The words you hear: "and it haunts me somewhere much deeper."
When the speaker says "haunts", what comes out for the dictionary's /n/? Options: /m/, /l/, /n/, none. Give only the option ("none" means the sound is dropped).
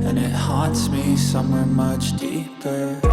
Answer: none